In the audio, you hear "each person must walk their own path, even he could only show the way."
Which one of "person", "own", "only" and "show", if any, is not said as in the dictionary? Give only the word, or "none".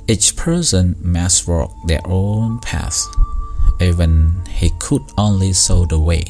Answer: show